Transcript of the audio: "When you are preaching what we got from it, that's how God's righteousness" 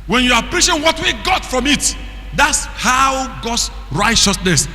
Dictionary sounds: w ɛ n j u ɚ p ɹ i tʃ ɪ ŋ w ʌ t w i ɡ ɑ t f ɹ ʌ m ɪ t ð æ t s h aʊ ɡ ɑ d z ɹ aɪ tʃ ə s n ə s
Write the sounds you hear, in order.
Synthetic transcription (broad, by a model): w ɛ n j u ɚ p ɹ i ʃ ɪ w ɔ t w i ɡ ɑ t f ɹ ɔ m ɪ t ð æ t s h aʊ ɡ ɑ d s ɹ aɪ tʃ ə s n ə s